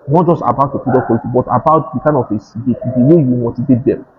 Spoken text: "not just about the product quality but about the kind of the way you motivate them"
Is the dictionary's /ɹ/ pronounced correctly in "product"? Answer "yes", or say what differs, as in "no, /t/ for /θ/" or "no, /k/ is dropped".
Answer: no, /ɹ/ is dropped